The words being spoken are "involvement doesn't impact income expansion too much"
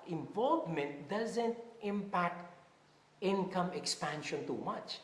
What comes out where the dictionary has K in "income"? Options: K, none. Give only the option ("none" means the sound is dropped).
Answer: K